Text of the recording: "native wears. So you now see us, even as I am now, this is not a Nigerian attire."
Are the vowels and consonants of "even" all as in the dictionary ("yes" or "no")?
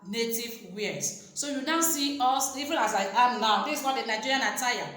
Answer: no